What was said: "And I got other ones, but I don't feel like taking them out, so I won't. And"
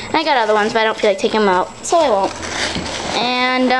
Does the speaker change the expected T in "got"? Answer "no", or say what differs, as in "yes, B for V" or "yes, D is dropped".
no